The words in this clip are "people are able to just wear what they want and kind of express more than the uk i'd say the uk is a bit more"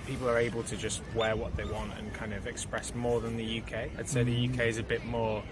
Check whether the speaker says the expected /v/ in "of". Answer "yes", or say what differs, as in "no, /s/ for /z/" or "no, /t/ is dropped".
yes